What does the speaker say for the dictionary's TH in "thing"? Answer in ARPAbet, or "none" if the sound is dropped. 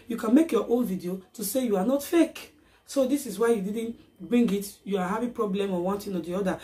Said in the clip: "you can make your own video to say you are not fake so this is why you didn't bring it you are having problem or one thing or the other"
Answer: T